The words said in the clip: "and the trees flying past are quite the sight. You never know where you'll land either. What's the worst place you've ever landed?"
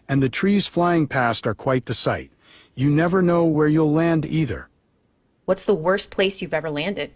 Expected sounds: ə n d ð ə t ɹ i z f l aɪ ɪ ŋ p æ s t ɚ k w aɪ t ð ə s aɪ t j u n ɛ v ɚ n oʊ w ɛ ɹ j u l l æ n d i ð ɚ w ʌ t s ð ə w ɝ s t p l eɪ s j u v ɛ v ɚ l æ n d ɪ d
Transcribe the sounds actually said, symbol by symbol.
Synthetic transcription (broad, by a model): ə n ð ə t ɹ i z f l aɪ ɪ ŋ p æ s t ɚ k w aɪ t ð ə s aɪ t j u n ɛ v ɚ n oʊ w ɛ ɹ j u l l æ n d i ð ɚ w ʌ t s ð ə w ɝ s p l eɪ s j u v ɛ v ɚ l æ n d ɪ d